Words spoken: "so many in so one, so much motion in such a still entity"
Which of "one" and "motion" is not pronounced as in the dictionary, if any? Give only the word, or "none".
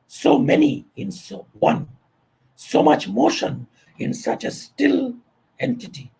none